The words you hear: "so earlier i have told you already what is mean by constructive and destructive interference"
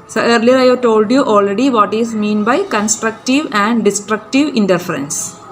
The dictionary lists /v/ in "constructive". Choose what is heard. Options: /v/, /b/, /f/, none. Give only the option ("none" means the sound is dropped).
/v/